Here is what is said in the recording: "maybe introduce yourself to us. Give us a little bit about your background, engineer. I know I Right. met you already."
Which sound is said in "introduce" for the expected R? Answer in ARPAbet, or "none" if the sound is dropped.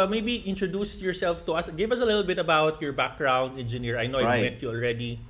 R